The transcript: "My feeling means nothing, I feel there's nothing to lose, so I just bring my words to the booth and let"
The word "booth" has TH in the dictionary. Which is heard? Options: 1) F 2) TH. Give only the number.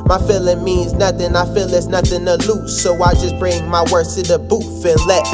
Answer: 1